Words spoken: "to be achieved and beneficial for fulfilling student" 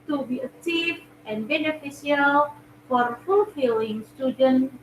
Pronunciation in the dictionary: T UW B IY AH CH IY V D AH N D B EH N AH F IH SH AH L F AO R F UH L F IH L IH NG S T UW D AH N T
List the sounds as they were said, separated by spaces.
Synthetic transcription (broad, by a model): T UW B IY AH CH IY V AH N B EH N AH F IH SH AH L F AO R F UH L F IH L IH NG S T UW D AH N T